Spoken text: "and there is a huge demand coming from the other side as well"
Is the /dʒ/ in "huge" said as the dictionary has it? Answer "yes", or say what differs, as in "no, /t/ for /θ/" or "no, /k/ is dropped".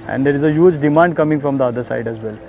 yes